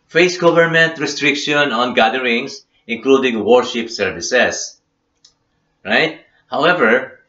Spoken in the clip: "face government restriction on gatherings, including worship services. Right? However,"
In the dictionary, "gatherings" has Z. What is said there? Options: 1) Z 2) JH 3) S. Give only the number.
3